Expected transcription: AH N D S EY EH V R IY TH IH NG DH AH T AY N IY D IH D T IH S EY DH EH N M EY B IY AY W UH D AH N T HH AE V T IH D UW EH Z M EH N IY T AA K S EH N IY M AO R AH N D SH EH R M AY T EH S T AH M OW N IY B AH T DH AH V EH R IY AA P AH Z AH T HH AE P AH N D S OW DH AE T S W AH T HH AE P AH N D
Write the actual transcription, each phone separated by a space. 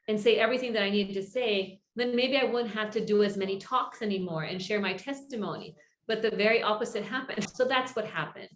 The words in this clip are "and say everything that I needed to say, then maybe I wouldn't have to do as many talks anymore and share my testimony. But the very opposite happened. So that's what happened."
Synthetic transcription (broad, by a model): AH N S EY EH V R IY TH IH NG DH AH T AY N IY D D T IH S EY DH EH N M EY B IY AY W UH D N T HH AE F T IH D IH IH Z M EH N IY T AA K S EH N IY M AO R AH N SH EH R M AY T EH S T AH M OW N IY B AH T DH AH V EH R IY AA P AH Z AH T HH AE P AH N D S OW DH AE T S W AH T HH AE P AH N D